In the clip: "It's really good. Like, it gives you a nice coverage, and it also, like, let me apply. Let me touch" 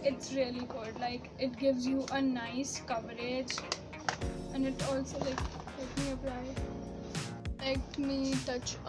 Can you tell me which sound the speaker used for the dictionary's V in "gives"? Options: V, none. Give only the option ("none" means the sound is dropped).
V